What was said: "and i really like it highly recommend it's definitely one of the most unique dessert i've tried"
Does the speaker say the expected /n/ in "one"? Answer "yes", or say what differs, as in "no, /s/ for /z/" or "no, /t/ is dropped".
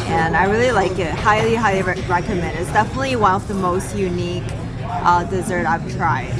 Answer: no, /n/ is dropped